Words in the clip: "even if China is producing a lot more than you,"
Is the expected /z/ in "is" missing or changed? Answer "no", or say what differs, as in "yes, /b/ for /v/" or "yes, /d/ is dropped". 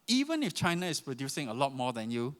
yes, /s/ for /z/